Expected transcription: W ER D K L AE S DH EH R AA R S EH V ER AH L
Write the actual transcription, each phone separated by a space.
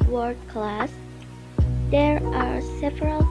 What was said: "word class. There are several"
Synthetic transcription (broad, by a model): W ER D K L AE S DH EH R AA R S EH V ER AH L